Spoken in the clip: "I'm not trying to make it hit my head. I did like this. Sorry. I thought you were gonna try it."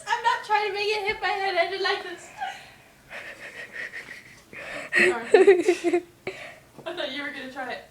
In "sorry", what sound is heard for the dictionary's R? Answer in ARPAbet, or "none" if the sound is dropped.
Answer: none